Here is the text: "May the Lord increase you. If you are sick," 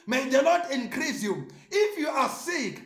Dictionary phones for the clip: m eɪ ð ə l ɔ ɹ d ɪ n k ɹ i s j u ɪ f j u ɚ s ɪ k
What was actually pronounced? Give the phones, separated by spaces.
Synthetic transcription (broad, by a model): m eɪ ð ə n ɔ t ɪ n k ɹ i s j u ɪ f j u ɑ s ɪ k